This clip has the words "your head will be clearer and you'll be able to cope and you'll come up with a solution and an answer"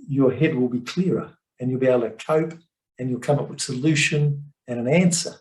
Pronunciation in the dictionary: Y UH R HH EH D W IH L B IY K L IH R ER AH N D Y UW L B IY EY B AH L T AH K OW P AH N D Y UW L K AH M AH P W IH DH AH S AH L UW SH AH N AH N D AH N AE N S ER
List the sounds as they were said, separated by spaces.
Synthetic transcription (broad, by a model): Y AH R HH EH D W IH L B IY K L IH R ER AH N Y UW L B IY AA AH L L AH K OW P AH N Y UW L K AH M AH P W IH DH S AH L UW SH AH N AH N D AH N AE N S ER